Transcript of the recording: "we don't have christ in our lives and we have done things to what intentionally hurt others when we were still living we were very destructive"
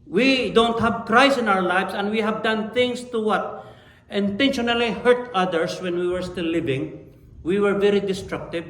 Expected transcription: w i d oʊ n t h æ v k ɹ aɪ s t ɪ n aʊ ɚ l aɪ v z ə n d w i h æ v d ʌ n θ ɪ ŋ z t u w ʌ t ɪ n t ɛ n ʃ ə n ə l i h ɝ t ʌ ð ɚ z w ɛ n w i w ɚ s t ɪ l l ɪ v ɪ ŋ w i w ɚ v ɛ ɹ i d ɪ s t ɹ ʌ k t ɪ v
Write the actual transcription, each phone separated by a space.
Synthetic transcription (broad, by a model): w i d oʊ n t h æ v k ɹ aɪ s ɪ n aʊ ɚ l aɪ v s ə n d w i h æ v d ʌ n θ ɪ ŋ s t u w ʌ t ɪ n t ɛ n ʃ ə n ə l i h ɝ t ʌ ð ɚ s w ɛ n w i w ɚ s t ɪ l l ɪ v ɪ ŋ w i w ɚ v ɛ ɹ i d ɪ s t ɹ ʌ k t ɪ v